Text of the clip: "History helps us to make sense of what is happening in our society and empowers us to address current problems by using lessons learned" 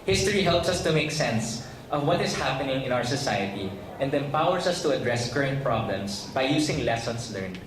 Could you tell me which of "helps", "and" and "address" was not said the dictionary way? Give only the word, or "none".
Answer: none